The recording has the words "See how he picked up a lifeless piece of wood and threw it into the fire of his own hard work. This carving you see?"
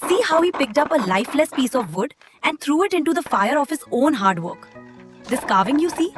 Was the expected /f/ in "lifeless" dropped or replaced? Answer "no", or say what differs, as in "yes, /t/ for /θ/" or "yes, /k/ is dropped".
no